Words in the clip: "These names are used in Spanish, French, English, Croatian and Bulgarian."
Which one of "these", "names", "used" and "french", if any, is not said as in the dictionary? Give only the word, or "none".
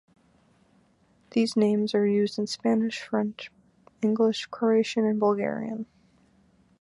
none